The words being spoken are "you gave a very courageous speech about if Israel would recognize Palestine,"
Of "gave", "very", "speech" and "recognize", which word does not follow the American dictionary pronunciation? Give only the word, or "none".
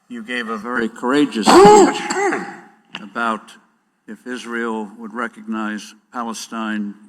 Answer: speech